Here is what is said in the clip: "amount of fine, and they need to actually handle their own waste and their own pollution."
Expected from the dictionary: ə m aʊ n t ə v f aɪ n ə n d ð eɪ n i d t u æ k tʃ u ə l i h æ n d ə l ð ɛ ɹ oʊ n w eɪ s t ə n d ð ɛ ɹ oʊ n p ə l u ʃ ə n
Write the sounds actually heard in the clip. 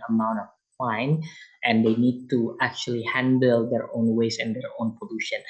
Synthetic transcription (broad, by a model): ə m aʊ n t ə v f aɪ n ə n d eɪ n i d t u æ k tʃ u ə l i h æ n d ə l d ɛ ɹ oʊ n w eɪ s ə n d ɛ ɹ oʊ n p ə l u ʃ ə n